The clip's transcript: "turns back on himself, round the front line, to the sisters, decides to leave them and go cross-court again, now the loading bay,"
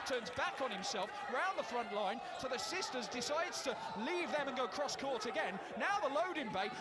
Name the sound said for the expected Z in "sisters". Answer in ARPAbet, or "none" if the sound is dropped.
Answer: Z